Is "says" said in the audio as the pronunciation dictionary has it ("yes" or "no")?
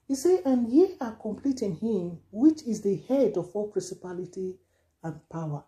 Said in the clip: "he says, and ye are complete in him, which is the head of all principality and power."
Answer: no